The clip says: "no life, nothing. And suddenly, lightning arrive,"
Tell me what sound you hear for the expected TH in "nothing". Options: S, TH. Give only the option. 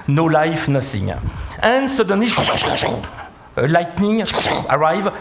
S